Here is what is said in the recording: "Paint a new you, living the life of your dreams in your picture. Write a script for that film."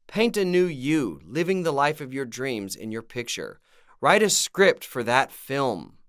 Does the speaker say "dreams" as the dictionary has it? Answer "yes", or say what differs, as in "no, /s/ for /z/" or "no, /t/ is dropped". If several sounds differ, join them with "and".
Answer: yes